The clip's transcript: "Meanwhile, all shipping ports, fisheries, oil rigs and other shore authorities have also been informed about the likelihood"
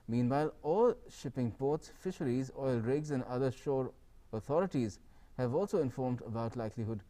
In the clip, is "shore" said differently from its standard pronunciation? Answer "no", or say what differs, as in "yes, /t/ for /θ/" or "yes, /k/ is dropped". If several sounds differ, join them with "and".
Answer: no